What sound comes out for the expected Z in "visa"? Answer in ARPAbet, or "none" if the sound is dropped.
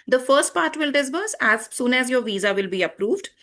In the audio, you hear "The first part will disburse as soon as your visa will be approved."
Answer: Z